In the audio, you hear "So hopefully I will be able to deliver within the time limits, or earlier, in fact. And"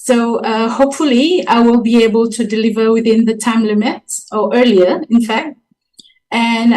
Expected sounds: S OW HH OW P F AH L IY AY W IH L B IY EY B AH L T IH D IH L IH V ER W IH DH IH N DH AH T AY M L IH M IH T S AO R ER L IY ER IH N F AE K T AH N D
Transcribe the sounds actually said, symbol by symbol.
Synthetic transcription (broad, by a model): S OW HH OW P F AH L IY AY W IH L B IY EY B AH L T IH D IH L IH V ER W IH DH IH N DH AH T AY M L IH M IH T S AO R ER L IY ER IH N F AE K T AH N